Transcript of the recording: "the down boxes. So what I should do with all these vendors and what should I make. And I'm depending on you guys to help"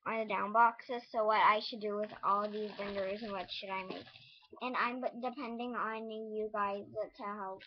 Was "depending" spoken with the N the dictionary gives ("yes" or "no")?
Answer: yes